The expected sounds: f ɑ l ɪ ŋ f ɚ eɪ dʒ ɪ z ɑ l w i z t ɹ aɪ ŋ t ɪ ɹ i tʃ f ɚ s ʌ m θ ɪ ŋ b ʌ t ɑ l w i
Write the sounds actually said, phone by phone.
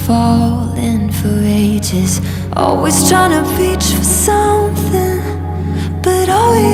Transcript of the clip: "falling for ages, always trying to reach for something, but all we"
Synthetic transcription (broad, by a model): f ɑ l ɪ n f ɚ eɪ dʒ ɪ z ɑ l w i z t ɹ aɪ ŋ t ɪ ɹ i tʃ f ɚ s ʌ m θ ɪ ŋ b ʌ t ɑ l w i